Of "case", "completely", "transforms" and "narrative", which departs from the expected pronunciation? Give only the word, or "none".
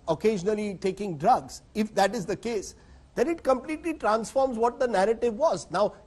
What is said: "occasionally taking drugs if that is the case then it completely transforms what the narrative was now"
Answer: none